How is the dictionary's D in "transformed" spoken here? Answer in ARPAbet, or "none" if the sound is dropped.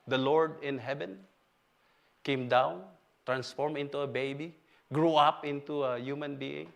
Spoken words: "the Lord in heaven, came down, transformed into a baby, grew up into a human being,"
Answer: none